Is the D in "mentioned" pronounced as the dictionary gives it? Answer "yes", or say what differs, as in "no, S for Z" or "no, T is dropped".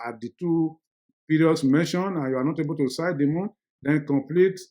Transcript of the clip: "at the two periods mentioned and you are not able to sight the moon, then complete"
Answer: no, D is dropped